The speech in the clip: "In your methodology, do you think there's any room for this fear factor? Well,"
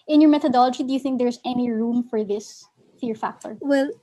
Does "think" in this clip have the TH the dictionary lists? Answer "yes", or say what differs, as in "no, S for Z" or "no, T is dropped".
yes